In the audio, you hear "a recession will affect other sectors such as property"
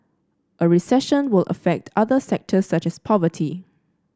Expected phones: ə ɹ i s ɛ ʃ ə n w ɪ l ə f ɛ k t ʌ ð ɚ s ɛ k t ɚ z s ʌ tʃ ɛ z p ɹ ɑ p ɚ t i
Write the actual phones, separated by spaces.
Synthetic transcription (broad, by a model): ə ɹ i s ɛ ʃ ə n w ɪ l ə f ɛ k t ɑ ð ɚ s ɛ k t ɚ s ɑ tʃ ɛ s p ɑ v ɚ t i